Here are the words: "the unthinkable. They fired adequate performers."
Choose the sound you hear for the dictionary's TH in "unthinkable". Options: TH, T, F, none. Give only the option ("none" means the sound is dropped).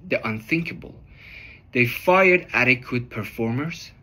TH